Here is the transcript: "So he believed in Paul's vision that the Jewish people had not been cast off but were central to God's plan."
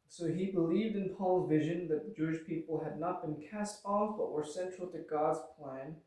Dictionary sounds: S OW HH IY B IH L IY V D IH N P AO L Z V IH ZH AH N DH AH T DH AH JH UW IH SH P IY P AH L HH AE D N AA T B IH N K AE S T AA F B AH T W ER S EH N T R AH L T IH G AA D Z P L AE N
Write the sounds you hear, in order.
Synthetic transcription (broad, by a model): S OW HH IY B IH L IY V D IH N P AO L Z V IH ZH AH N DH AH T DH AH JH UW IH SH P IY P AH L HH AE D N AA T B IH N K AE S T AA F B AH T W ER S EH N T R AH L T IH G AA D Z P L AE N